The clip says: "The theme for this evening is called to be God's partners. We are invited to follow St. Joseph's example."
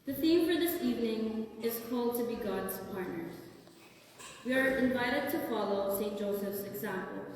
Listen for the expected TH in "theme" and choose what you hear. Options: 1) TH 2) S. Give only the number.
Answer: 1